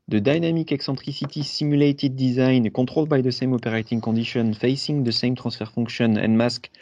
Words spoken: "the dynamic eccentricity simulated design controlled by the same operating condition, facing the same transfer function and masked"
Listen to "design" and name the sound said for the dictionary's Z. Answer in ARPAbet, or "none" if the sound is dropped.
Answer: Z